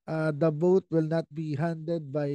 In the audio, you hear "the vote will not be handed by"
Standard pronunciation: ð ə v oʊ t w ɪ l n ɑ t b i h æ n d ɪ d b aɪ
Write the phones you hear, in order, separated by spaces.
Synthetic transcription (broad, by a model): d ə b oʊ t w ɪ l n ɑ t b i h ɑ n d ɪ d b aɪ